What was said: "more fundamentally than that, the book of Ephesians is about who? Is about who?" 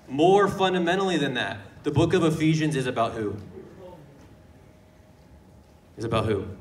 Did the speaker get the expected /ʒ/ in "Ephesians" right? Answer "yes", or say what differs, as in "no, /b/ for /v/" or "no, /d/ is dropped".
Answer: yes